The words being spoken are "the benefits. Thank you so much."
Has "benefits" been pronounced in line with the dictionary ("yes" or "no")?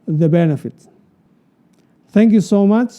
no